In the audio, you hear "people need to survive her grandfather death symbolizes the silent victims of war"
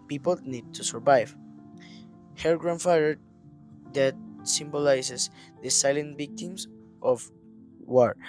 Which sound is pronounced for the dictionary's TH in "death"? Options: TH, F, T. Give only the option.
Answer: T